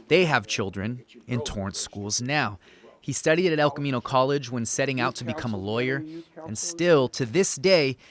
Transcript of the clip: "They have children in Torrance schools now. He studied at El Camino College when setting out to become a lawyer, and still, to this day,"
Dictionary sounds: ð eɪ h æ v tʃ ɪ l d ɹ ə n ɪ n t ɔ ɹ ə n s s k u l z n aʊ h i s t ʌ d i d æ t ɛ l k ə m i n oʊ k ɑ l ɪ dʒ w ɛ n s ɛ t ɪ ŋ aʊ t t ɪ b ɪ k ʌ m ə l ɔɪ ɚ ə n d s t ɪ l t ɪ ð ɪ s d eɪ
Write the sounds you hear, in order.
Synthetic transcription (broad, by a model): ð eɪ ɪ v tʃ ɪ l d ɹ ə n ɪ n t ɔ ɹ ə n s s k u l z n aʊ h i s t ʌ d i d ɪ t ɛ l k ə m i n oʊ k ɑ l ɪ dʒ w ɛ n s ɛ t ɪ ŋ aʊ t t ɪ b ɪ k ʌ m ə l ɔɪ ɚ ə n s t ɪ l t ɪ ð ɪ s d eɪ